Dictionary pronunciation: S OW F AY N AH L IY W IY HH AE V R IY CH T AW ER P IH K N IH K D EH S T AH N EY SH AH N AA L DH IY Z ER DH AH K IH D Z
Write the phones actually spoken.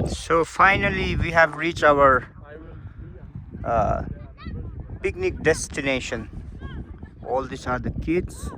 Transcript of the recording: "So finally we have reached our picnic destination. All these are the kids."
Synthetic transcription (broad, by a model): S OW F AY N AH L IY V IY HH AE V R IY CH T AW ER P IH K N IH K D EH S T AH N EY SH AH N AA L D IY S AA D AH K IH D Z